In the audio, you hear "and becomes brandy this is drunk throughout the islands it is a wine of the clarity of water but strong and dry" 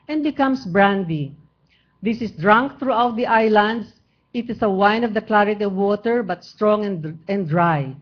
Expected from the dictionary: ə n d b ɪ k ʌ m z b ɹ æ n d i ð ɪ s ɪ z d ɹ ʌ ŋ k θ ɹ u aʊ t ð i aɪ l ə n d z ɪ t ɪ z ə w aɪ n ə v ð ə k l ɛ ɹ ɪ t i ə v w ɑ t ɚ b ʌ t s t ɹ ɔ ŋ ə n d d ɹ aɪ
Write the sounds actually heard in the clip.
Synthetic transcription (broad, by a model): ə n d b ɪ k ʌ m s b ɹ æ n d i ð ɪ s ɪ s d ɹ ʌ ŋ k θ ɹ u aʊ t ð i aɪ l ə n d s ɪ t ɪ s ə w aɪ n ə v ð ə k l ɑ ɹ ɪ t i ə v w ɑ t ɚ b ʌ t s t ɹ ɔ ŋ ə n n d ɹ aɪ